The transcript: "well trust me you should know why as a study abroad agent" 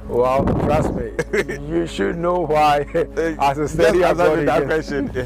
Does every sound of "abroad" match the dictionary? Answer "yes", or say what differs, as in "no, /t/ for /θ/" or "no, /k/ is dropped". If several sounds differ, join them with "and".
no, /d/ is dropped